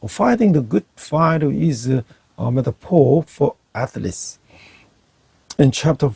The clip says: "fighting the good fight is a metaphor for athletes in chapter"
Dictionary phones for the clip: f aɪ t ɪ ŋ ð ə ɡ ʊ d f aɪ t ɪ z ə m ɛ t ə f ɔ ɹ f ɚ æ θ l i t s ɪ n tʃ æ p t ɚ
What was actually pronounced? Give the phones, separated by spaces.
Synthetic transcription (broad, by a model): f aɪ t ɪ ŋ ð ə ɡ ʊ d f aɪ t ɪ z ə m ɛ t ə p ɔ l f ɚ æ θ l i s ɪ n tʃ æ p t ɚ